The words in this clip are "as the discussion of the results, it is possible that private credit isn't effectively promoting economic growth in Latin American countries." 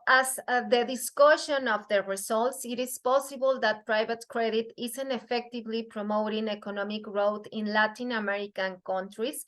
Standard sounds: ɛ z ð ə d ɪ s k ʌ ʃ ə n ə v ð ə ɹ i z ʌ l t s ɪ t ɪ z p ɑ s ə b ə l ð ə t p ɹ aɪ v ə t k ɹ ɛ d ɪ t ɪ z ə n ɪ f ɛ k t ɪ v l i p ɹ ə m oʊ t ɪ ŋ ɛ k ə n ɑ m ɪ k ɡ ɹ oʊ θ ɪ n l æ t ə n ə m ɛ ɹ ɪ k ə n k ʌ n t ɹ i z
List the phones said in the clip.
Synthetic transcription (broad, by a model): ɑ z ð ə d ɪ s k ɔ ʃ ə n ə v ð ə ɹ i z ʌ l t s ɪ t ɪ s p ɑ s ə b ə l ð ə t p ɹ aɪ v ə t k ɹ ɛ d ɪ t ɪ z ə n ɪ f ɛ k t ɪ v l i p ɹ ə m oʊ t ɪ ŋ ɛ k ə n ɑ m ɪ k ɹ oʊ t ɪ n l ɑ t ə n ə m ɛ ɹ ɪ k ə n k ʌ n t ɹ i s